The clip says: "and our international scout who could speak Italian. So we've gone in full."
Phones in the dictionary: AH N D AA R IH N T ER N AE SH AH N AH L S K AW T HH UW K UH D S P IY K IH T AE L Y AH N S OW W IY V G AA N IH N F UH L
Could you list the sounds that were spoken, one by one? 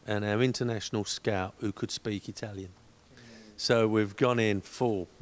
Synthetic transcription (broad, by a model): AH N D AA R IH N T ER N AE SH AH N AH L S K AW T HH UW K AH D S P IY K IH T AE L Y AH N S OW W IY V G AA N IH N F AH